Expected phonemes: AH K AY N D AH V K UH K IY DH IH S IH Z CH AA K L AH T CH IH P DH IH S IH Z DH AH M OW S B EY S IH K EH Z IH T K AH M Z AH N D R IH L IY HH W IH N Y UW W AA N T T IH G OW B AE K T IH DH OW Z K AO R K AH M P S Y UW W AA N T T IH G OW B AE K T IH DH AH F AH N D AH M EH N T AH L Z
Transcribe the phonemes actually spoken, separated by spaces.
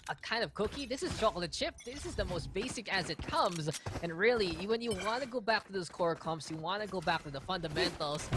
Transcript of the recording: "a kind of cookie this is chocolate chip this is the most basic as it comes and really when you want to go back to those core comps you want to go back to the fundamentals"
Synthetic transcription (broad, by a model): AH K AY N D AH V K UH K IY DH IH S IH Z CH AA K L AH CH IH P DH IH S IH Z DH AH M OW S B EY S IH K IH Z IH T K AH M Z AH N R IH L IY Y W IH N Y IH W AA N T T IH G OW B AE K T IH DH OW Z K AO R K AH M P S Y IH W AA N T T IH G OW B AE K T IH DH AH F AH N D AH M EH N T L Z